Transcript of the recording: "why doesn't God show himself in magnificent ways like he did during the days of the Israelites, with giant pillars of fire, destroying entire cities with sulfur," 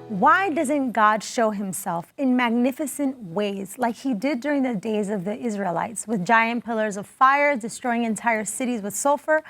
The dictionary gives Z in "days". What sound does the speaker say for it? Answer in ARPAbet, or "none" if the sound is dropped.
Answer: Z